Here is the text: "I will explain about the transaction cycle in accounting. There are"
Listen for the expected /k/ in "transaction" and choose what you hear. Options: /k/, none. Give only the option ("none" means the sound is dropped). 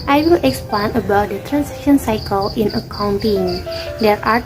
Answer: none